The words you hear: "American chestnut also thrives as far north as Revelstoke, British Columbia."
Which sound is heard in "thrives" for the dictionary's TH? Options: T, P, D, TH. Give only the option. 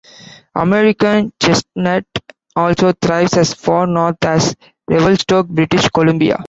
T